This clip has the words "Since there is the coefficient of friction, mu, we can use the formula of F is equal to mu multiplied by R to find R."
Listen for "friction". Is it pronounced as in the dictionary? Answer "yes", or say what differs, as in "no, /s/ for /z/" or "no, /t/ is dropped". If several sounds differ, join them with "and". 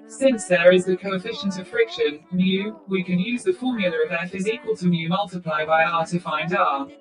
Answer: yes